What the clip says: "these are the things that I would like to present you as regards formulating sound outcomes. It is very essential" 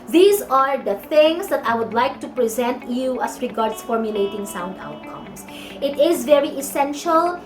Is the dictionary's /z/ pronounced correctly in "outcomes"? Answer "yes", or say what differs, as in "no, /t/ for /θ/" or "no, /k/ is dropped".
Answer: no, /s/ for /z/